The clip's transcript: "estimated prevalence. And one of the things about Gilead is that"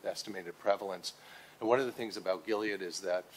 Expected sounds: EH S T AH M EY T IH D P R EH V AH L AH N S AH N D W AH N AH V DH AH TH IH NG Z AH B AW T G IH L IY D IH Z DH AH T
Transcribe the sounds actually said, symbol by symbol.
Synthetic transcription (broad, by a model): EH S T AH M EY T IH D P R EH V L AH N S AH N W AH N AH V DH AH TH IH NG Z AH B AW T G IH L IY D IH Z DH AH T